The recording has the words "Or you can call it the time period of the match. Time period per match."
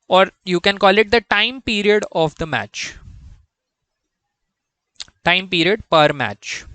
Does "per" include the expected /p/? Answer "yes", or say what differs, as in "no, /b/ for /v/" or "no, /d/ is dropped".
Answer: yes